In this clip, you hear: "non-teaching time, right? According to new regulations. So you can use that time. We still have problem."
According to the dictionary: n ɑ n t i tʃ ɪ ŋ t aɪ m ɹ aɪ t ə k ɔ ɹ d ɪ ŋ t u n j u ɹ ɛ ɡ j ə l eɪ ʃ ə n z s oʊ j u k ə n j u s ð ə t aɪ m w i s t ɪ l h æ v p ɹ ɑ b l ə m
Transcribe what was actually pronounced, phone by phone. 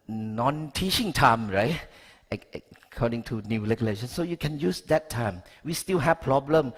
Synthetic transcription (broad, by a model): n ɑ n t i tʃ ɪ ŋ t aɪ m ɹ aɪ t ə k ɔ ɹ d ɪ ŋ t u n j u l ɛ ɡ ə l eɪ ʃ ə n s oʊ j u k ə n j u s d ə t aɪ m w i s t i l h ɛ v p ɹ ɑ b l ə m